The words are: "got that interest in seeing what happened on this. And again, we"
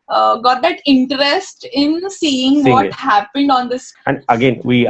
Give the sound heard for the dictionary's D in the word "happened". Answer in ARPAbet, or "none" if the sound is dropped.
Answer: D